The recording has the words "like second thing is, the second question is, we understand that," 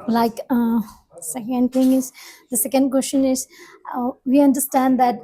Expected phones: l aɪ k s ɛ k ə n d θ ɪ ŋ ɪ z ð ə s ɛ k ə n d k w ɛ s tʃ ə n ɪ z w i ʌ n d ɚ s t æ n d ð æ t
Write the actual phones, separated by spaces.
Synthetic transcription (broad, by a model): l aɪ k s ɛ k ə n d t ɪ ŋ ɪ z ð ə s ɛ k ə n d k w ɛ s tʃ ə n ɪ z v i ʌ n d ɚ s t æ n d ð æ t